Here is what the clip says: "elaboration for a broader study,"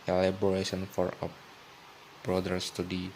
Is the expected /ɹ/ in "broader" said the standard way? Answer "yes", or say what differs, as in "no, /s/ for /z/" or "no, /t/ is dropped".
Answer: yes